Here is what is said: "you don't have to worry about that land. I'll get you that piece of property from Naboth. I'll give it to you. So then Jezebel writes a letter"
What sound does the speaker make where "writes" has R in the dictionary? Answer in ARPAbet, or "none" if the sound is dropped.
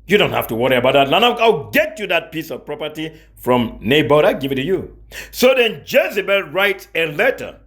R